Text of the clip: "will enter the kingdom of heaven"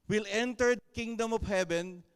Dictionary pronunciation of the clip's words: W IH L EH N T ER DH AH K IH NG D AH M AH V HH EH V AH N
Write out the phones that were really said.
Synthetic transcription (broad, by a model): W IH L EH N T ER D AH K IH NG D AH M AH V HH EH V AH N